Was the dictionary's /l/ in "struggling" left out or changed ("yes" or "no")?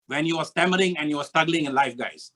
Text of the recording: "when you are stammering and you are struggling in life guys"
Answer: no